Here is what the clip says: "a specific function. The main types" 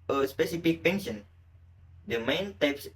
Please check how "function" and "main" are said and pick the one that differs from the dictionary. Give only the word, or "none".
function